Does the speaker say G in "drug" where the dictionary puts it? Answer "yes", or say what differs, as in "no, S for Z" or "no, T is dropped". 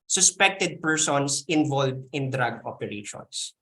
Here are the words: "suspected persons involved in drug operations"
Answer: yes